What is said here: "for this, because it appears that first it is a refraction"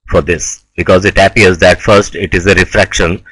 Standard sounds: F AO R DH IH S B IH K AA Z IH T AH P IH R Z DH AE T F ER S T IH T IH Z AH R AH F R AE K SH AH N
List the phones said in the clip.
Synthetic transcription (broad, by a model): F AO R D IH S B IH K AA Z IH T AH P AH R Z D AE T F ER S T IH T IH Z AH R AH F R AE K SH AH N